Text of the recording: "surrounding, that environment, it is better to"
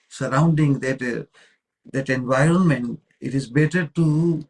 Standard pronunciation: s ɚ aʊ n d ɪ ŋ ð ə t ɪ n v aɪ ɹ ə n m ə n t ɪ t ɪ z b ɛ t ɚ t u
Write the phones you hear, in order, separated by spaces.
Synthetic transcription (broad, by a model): s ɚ aʊ n d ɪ ŋ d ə t ɪ n v aɪ ɹ ə n m ə n t ɪ t ɪ z b ɛ t ɚ t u